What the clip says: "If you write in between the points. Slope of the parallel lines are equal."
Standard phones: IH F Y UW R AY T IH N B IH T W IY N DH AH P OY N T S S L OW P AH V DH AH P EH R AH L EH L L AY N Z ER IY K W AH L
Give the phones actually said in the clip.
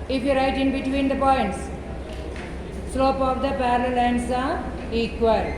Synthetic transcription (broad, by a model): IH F Y UW R AY T IH N B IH T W IY N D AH P OY N T S S L OW P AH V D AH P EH R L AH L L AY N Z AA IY K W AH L